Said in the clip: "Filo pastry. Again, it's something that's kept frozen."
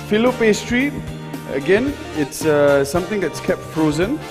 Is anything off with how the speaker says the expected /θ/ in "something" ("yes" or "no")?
yes